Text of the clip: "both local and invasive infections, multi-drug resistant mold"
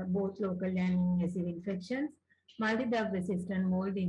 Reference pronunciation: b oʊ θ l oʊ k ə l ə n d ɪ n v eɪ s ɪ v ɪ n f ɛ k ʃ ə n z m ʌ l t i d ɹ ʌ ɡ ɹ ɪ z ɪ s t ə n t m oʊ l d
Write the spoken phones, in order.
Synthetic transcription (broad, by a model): b oʊ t l oʊ k ə l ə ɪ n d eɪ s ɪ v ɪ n f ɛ k ʃ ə n s m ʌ l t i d ʌ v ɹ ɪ s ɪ s t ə n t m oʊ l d